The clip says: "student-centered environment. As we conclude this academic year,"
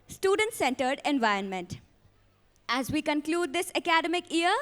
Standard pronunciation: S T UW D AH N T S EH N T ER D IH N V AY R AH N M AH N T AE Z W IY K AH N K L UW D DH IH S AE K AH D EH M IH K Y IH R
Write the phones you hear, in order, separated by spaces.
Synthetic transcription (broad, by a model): S T UW D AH N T S EH N T ER D IH N V AY R AH N M AH N T AE Z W IY K AH N K L UW D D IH S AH K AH D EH M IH K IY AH R